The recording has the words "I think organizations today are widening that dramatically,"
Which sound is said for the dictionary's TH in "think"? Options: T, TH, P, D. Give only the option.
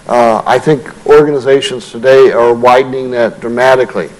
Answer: TH